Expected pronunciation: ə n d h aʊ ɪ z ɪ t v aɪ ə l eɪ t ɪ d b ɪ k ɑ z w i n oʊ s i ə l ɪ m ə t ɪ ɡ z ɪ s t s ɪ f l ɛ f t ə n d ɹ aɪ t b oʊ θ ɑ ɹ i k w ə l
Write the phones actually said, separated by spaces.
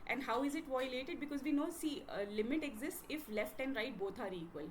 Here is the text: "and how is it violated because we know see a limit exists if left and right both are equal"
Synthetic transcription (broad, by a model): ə n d h aʊ ɪ z ɪ t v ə l eɪ t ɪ d b ɪ k ɑ z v i n oʊ s i ə l ɪ m ə t ɪ ɡ z ɪ s t s ɪ f l ɛ f t ə n d ɹ aɪ t b oʊ t ɑ ɹ i k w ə l